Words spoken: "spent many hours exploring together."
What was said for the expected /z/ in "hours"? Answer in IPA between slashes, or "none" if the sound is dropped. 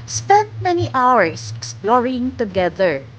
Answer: /s/